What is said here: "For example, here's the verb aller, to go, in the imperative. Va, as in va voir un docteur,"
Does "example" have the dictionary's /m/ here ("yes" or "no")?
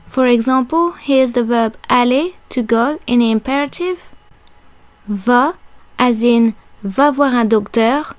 no